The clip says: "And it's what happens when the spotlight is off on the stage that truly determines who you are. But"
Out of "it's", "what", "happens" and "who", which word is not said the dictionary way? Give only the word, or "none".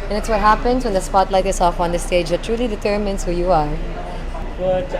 happens